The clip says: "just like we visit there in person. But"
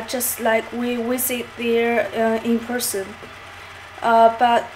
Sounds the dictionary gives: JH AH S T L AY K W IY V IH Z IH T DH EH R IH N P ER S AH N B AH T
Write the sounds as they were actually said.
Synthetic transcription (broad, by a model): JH AH S T L AY K W IY W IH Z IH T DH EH R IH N P ER S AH N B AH T